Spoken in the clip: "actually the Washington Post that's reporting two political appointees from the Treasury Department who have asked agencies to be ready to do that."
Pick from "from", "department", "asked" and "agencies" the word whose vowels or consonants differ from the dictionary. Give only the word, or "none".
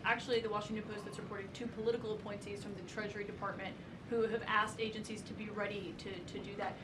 none